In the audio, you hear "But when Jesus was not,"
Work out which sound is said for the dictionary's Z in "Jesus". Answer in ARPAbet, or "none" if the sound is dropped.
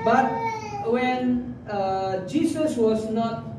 S